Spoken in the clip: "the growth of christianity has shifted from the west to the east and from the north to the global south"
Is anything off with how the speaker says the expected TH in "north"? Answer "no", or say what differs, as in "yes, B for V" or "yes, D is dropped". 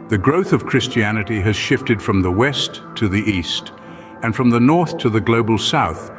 no